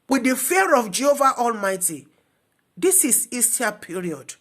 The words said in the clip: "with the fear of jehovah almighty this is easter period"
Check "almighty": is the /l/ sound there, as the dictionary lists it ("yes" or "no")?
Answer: yes